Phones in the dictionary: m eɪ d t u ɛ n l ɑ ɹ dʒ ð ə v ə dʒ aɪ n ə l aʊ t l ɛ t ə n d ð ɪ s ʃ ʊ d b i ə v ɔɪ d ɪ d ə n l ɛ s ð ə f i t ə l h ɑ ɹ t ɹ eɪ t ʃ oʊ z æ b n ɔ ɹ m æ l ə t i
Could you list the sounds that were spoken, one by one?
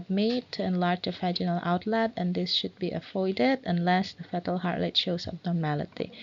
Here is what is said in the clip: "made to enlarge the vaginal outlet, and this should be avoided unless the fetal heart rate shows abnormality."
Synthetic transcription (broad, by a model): m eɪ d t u ɛ n l ɑ ɹ dʒ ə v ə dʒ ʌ n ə l aʊ t l ɛ t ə n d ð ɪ s ʃ ʊ d b i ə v ɔɪ d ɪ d ə n l ɛ s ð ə f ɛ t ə l h ɑ ɹ t l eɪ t ʃ oʊ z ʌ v n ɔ ɹ m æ l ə t i